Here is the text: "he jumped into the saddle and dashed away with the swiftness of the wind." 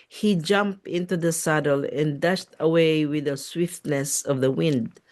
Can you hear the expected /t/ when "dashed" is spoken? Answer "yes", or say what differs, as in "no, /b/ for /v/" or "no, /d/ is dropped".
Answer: yes